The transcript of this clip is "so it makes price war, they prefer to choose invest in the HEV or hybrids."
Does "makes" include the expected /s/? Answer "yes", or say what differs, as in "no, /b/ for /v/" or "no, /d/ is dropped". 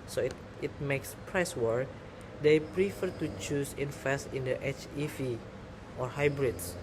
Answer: yes